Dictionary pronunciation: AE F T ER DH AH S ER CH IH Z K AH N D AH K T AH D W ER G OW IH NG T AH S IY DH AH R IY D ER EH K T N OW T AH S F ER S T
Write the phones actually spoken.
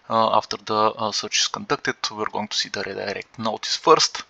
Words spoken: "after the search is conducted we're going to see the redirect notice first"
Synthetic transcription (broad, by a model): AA F T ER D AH S ER CH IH S K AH N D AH K T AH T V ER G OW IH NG T AH S IY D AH R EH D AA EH K T N OW T AH S F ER S T